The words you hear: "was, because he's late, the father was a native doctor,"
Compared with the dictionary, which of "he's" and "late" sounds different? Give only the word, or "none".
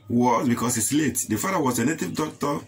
he's